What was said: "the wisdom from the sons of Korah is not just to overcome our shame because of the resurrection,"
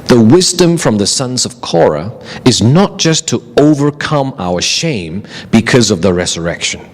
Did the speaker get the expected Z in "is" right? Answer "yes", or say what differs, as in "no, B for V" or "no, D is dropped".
yes